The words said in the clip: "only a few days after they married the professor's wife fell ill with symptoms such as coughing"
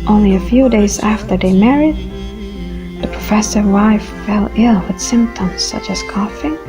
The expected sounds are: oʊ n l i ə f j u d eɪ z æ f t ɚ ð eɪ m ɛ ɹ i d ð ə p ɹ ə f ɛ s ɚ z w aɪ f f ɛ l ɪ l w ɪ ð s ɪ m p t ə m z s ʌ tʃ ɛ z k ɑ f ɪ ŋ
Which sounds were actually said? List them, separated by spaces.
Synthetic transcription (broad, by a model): oʊ n l i ə f j u d eɪ z æ f t ɚ ð eɪ m ɛ ɹ i d ð ə p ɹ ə f ɛ s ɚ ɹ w aɪ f f ɛ l ɪ l w ɪ ð s ɪ m p t ə m z s ʌ tʃ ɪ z k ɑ f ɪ